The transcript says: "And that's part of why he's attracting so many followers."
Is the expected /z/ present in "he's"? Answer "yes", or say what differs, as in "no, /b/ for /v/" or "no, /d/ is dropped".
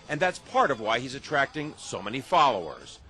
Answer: yes